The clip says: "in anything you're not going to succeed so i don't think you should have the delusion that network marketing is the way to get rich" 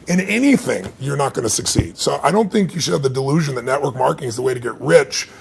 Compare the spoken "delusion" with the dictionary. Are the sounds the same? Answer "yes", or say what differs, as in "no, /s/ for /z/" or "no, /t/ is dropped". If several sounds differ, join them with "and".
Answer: yes